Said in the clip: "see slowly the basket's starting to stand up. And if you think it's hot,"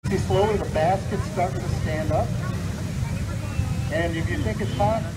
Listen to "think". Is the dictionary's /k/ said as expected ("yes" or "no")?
yes